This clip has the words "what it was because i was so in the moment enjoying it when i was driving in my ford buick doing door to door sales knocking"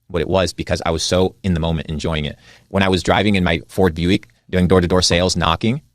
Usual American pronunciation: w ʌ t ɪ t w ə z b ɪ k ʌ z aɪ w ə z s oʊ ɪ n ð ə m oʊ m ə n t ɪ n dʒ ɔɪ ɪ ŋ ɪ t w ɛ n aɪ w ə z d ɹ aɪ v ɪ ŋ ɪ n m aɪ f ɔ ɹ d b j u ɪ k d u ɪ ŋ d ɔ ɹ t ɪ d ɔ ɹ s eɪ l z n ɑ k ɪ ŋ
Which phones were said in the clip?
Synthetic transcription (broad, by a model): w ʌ t ɪ t w ə z b ɪ k ʌ z aɪ w ə z s oʊ ɪ n ð ə m oʊ m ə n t ɪ n dʒ ɔɪ ɪ ŋ ɪ t w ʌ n aɪ w ə z d ɹ aɪ v ɪ ŋ ɪ n m aɪ f ɔ ɹ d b j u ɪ k d u ɪ ŋ d ɔ ɹ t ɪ d ɔ ɹ s eɪ l z n ɑ k ɪ ŋ